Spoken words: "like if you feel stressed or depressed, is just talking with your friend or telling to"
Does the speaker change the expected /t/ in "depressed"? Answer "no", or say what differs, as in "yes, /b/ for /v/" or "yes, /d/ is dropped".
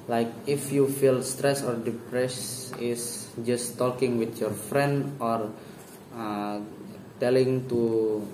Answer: yes, /t/ is dropped